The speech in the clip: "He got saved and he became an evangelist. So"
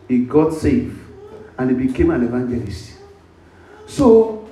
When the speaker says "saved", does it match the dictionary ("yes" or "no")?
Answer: no